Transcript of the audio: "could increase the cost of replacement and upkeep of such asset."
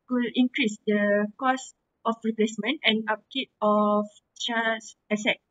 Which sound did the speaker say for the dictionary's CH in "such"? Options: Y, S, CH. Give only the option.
S